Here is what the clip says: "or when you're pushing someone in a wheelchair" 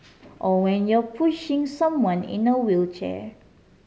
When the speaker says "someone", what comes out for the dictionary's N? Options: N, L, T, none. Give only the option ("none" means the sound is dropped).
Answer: N